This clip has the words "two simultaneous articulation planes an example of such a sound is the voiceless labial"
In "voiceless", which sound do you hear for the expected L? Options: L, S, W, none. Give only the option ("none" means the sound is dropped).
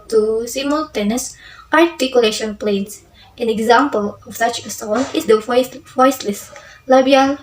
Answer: W